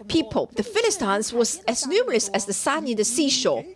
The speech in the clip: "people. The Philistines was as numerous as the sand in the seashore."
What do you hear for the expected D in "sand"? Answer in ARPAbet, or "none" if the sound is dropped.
none